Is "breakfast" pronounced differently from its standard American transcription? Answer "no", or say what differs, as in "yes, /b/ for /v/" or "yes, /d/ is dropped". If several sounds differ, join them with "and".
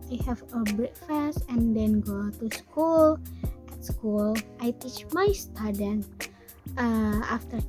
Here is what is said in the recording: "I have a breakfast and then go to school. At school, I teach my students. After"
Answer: yes, /t/ is dropped